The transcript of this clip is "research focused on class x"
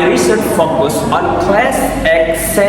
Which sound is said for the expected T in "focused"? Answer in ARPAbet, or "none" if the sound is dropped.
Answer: none